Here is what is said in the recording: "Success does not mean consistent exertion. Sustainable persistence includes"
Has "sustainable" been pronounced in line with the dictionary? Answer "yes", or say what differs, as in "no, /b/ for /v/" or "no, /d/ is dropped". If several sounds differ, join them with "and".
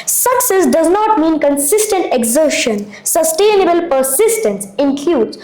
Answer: yes